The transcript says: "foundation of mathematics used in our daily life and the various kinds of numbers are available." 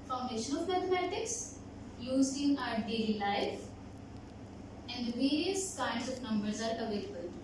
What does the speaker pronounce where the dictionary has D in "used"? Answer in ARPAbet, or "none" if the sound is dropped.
none